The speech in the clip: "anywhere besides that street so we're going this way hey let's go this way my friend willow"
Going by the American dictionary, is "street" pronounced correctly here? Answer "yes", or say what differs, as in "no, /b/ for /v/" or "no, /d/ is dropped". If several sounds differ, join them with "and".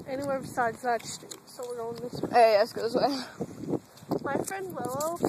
no, /ɹ/ is dropped